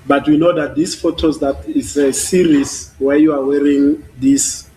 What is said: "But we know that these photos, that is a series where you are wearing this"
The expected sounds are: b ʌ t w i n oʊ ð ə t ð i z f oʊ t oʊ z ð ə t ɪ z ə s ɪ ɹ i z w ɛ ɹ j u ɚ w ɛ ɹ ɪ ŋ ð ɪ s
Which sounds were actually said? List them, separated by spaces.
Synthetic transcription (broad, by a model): b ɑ t w i n oʊ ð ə t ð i s f oʊ t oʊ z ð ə t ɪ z ə s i ɹ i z w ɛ j u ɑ w ɛ ɹ ɪ ŋ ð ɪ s